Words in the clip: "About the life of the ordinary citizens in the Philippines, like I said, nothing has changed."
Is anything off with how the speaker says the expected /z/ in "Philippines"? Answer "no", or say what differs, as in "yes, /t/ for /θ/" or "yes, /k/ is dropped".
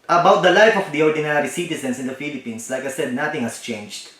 yes, /s/ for /z/